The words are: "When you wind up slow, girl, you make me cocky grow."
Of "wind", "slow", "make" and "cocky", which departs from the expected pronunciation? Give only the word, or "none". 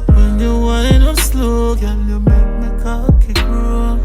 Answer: wind